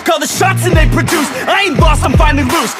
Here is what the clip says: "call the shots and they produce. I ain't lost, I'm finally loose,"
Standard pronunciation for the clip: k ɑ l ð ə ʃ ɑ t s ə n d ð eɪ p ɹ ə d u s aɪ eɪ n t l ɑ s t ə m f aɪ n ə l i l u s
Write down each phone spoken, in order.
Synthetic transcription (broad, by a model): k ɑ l ð ə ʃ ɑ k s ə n ð eɪ p ɹ ə d u s aɪ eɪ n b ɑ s ə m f aɪ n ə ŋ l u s